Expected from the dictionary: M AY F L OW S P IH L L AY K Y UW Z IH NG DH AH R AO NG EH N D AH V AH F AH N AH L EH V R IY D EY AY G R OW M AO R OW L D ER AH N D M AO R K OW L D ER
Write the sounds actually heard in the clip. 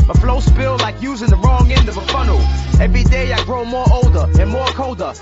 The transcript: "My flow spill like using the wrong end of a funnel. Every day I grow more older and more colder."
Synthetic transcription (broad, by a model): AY F L OW S P IH L L AY K Y UW Z IH NG DH AH R AO NG EH N D AH V AH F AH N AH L EH V R IY D EY AY G R OW M AO R OW L D ER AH N M AO R K OW L D ER